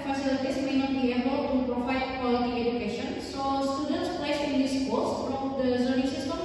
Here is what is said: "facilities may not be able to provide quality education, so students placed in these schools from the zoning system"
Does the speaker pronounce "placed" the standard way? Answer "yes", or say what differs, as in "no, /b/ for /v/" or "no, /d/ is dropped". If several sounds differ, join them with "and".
no, /t/ is dropped